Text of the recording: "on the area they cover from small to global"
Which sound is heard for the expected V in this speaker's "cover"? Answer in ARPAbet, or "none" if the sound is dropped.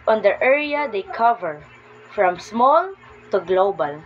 V